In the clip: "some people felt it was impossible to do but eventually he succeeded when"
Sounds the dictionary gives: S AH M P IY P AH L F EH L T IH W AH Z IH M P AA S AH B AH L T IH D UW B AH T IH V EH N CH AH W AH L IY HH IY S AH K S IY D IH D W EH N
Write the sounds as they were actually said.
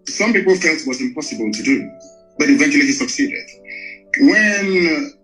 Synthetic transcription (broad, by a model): S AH M P IY P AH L F EH L T W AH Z IH M P AA S AH B AH L T IH D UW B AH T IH V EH N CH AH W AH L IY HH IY S AH K S IY D IH D W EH N